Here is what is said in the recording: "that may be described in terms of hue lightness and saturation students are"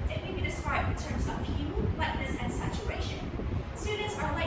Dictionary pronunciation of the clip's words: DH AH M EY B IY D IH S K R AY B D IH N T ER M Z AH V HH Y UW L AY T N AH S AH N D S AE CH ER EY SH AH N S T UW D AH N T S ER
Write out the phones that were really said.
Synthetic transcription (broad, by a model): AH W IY B IY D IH S K R AY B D IH N T ER M Z AH V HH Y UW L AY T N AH S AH N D S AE CH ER EY SH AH N S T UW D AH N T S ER